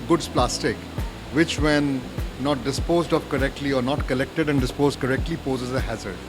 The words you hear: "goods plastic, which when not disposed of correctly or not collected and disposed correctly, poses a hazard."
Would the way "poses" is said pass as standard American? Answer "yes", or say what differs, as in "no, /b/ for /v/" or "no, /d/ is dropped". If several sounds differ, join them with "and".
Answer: yes